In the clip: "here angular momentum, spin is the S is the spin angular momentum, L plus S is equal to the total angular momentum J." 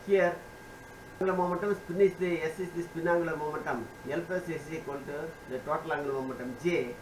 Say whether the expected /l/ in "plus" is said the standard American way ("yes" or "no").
no